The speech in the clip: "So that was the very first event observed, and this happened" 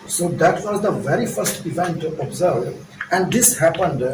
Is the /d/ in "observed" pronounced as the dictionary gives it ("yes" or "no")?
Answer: no